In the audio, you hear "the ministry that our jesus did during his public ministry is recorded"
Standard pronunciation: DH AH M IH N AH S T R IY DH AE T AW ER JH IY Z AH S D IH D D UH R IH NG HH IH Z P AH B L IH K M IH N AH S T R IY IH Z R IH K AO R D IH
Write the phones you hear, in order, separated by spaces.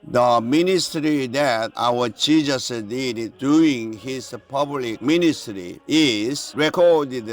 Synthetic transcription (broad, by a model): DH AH M IH N AH S T R IY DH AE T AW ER CH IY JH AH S D IH D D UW IH NG HH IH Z P AH B L IH K M IH N AH S T R IY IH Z R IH K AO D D